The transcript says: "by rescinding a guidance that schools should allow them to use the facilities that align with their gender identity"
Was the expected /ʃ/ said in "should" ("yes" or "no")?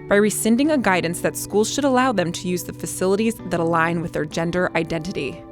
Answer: yes